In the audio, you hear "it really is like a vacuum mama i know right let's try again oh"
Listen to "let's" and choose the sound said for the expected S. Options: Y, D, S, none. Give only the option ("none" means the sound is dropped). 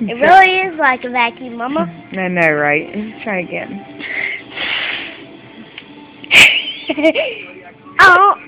none